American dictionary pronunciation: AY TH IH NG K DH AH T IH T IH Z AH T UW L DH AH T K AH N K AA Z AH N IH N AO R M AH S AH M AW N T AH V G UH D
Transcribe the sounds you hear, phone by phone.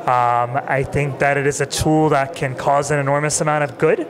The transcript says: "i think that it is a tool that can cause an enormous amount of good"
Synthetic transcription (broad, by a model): AY TH IH NG K DH AH T IH T IH Z AH T UW L DH AH T K AH N K AA Z AH N IH N AO R M AH S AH M AW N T AH V G UH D